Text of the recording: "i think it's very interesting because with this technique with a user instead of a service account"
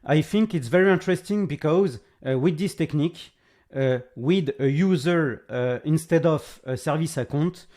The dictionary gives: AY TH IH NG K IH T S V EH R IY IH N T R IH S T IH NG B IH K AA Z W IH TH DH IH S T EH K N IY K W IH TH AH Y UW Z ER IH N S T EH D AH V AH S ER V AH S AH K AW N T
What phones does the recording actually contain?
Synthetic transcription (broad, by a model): AY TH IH NG K IH T S V EH R IY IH N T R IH S T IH NG B IH K AA Z W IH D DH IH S T EH K N IY K W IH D AH Y UW Z ER IH N S T EH D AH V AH S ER V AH S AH K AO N T